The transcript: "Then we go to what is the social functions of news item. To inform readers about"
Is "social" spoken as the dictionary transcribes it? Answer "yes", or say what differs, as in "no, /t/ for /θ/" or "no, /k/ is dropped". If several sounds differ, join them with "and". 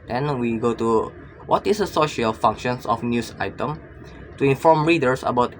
yes